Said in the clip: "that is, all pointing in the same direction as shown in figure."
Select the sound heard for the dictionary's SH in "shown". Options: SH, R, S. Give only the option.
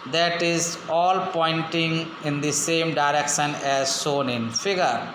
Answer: S